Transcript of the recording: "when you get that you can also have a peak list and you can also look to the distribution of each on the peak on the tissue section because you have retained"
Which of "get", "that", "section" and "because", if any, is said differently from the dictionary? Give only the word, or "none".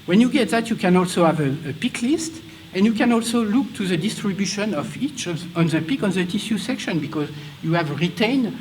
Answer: none